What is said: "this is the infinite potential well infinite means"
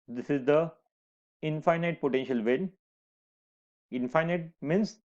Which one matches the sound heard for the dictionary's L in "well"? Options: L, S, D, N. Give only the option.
N